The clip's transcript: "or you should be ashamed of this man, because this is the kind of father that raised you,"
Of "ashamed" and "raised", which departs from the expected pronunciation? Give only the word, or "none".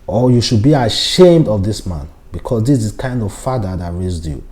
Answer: none